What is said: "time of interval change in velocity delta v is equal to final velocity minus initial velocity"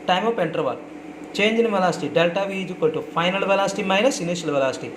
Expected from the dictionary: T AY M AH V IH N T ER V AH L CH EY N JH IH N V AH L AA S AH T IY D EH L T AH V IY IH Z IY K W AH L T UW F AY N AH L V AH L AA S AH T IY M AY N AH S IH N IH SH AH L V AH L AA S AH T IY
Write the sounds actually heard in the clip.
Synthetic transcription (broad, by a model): T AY M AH P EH N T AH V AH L CH EY N JH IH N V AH L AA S T IY D EH L T AH V IY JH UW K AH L T UW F AY N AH L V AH L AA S T IY M AY N AH S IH N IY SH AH L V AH L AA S T IY